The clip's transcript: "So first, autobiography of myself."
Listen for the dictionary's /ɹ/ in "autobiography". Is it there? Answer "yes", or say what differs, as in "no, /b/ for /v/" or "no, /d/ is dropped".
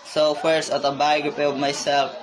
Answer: no, /ɹ/ is dropped